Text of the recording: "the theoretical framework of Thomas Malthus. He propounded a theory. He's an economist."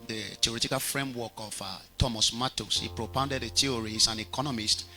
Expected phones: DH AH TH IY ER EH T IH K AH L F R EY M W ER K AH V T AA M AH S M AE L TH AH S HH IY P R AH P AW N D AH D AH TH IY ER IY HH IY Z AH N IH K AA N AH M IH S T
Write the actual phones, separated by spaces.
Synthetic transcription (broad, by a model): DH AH T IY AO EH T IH K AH L F R EY M W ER K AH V T AA M AH S M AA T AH S HH IY P R AH P AW N D AH D AH T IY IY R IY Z AH N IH K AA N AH M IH S T